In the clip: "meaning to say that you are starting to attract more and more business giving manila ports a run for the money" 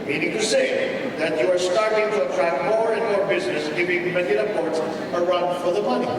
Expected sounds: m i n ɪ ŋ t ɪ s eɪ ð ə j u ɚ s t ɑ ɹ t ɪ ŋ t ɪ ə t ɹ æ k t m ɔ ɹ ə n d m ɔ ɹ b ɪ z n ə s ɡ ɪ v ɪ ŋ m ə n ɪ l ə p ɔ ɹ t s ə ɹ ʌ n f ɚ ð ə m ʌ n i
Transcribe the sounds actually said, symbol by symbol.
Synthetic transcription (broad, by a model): m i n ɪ ŋ t ɪ s eɪ ð ə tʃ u ɚ s t ɑ ɹ t ɪ ŋ t ɪ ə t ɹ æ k m ɔ ɹ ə n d m ɔ ɹ b ɪ z n ə s ɡ ɪ v ɪ ŋ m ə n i ə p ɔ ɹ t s ə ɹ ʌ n f ɚ ð ə m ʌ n i